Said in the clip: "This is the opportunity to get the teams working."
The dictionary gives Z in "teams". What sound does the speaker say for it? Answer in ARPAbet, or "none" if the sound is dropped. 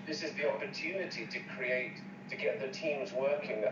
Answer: Z